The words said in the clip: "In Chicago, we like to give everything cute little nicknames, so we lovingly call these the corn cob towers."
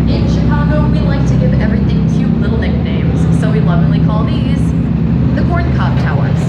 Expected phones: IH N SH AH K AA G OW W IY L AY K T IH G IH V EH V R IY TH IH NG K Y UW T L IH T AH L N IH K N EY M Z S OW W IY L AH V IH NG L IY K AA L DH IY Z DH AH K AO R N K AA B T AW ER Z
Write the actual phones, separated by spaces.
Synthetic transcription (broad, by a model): IH N SH AH K AA G OW W IY L AY K T IH G IH V EH V R IY TH IH NG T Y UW L IH T L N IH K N EY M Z S OW W IY L AH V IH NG L IY K AA L DH IY Z DH AH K AO R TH K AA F T AW ER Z